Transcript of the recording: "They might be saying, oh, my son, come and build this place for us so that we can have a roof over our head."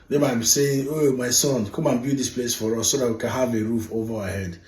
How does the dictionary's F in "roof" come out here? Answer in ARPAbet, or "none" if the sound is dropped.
F